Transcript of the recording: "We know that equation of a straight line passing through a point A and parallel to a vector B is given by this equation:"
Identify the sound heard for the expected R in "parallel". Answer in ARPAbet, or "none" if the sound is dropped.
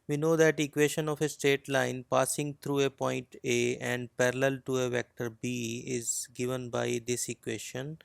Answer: R